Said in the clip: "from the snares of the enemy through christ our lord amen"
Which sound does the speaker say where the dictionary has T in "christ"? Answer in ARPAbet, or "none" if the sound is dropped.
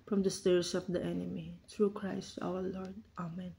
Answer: T